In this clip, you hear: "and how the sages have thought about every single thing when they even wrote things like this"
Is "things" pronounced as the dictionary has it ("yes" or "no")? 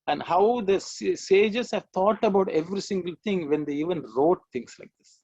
no